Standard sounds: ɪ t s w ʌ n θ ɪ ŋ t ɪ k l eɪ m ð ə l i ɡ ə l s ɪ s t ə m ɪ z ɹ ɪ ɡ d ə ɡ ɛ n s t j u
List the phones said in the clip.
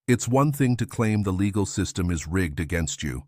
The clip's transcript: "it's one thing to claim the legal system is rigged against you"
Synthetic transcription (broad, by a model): ɪ t s w ʌ n θ ɪ ŋ t ɪ k l eɪ m ð ə l i ɡ l s ɪ s t ə m ɪ z ɹ ɪ ɡ d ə ɡ ɛ n s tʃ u